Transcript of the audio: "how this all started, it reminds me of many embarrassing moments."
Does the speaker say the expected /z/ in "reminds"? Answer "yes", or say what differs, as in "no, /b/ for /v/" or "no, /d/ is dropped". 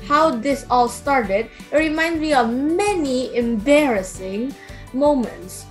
no, /z/ is dropped